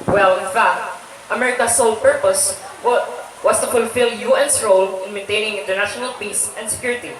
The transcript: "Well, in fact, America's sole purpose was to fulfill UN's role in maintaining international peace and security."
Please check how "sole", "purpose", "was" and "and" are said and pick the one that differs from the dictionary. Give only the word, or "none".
was